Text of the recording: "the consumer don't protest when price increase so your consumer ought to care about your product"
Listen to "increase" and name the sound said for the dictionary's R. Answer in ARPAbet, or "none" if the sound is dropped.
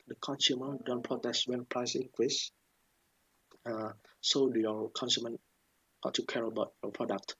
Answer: W